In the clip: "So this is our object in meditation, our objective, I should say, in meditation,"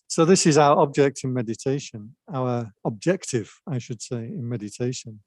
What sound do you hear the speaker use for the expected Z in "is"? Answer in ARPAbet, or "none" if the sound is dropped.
Z